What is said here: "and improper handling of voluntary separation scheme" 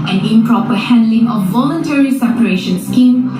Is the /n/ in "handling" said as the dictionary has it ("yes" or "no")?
yes